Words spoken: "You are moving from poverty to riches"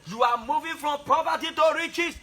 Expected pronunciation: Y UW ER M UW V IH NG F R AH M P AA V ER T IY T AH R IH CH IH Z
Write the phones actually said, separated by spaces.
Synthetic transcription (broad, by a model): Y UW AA M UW V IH F R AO M P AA P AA T IY T AH R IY CH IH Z